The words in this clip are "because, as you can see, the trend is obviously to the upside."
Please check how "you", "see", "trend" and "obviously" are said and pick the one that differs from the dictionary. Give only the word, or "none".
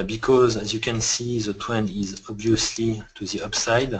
trend